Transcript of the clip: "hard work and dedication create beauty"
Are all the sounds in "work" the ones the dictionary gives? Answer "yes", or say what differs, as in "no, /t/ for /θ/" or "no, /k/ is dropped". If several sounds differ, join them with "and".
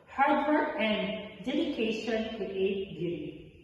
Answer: no, /k/ is dropped